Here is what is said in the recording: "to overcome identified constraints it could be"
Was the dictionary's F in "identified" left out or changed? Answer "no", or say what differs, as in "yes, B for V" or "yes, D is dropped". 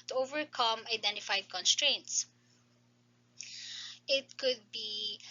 no